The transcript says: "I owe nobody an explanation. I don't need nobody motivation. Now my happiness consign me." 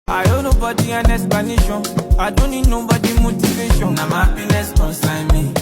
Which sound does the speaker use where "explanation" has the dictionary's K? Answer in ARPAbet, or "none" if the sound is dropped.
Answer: none